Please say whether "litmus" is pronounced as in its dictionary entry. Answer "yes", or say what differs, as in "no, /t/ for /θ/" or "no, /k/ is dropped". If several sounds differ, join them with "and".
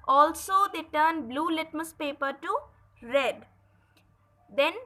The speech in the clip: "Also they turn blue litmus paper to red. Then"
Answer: yes